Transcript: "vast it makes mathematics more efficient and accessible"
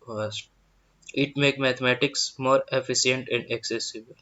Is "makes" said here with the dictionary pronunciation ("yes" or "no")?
no